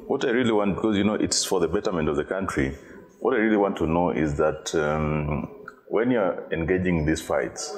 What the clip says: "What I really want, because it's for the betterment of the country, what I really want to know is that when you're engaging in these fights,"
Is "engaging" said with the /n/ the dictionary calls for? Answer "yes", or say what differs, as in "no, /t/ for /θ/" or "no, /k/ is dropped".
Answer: yes